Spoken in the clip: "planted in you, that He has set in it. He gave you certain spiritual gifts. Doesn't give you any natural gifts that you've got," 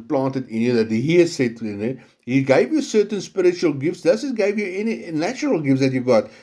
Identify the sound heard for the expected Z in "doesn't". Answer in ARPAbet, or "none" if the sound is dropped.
S